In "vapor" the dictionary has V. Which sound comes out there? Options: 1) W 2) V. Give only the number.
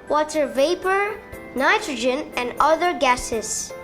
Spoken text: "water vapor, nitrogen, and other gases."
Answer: 2